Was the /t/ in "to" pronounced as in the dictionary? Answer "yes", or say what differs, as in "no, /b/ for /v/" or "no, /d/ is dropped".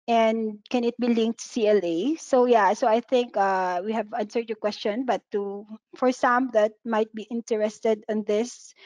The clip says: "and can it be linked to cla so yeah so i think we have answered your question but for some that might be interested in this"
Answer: no, /s/ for /t/